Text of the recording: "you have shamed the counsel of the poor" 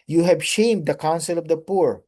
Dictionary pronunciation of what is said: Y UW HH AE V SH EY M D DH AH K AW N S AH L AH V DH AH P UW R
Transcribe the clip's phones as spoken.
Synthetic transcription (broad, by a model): Y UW HH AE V SH EY M D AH K AW N S AH L AH V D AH P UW R